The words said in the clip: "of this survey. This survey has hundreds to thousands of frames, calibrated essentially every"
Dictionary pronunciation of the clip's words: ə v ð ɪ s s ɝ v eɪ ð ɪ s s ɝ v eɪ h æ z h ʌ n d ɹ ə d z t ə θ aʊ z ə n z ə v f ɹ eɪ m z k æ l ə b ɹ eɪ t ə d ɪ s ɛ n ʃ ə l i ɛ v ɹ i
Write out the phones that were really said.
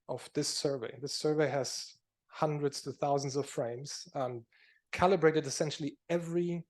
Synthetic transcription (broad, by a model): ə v ð ɪ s s ɝ v eɪ ð ɪ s s ɝ v eɪ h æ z h ʌ n d ɹ ə d z t ə θ aʊ z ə n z ə v f ɹ eɪ m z k æ l ə b ɹ eɪ t ə d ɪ s ɛ n ʃ l i ɛ v ɹ i